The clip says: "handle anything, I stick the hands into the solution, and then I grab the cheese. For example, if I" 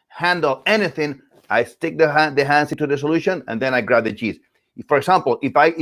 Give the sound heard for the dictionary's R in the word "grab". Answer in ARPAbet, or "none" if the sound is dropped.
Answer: R